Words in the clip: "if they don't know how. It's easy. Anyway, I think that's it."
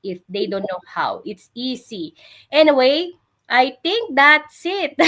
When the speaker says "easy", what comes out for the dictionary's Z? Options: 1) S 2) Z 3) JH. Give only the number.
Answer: 1